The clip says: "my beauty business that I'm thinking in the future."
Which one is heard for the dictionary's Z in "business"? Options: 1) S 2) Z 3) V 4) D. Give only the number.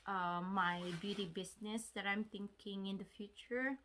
1